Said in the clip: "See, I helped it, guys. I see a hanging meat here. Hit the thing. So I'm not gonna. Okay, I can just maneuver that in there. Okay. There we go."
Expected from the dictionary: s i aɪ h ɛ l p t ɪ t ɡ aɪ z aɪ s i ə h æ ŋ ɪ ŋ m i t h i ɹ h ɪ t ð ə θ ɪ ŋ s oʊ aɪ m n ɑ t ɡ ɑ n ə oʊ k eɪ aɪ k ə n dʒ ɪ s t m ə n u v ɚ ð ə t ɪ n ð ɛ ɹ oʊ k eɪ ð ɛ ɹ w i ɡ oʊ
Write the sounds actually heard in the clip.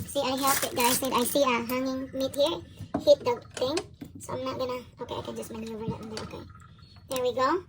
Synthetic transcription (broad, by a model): s i aɪ h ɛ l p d ɪ t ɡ aɪ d aɪ s i ə h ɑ ŋ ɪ ŋ m i t h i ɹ h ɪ t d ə t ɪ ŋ s oʊ aɪ m n ɑ t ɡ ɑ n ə oʊ k eɪ aɪ k ə n dʒ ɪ s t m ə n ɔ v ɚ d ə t ɪ n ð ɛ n oʊ k eɪ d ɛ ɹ w i ɡ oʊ